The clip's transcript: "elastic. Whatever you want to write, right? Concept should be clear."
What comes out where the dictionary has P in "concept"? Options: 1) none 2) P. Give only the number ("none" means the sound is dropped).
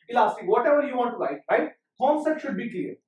1